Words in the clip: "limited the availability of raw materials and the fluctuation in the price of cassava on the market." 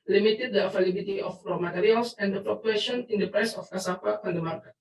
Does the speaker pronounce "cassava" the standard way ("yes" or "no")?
no